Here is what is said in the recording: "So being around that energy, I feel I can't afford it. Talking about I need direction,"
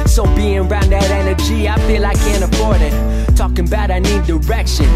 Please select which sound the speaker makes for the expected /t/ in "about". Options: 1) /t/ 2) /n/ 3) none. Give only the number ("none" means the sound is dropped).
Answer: 1